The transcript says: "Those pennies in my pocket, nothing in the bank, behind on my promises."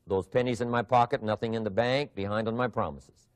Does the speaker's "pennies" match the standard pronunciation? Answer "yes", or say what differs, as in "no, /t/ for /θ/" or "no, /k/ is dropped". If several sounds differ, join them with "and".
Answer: yes